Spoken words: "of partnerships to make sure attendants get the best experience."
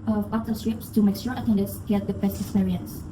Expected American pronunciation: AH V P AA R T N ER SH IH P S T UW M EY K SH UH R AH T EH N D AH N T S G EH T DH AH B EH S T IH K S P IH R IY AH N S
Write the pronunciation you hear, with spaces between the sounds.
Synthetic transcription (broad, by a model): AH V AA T ER S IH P S T UW M EY K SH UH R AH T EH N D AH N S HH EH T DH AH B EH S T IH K S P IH R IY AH N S